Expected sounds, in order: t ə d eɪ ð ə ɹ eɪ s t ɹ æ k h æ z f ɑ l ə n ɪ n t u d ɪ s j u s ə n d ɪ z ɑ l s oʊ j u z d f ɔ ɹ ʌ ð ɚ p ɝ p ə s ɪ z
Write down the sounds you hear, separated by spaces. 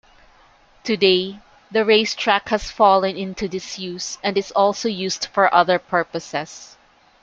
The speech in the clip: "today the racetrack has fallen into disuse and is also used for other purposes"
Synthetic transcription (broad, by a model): t ə d eɪ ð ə ɹ eɪ s t ɹ æ k h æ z f ɑ l ə n ɪ n t u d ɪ s j u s ə n d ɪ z ɑ l s oʊ j u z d f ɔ ɹ ʌ ð ɚ p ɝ p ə s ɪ s